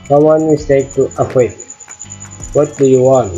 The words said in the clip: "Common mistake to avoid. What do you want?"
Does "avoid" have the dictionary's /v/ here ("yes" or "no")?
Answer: no